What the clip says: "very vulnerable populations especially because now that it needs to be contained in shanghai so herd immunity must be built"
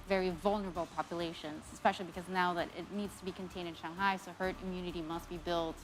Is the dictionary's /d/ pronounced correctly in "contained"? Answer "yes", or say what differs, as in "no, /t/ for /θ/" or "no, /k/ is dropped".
yes